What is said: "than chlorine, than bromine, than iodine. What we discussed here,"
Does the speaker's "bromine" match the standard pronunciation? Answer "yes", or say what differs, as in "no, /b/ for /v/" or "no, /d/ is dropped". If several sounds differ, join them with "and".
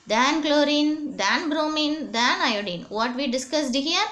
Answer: yes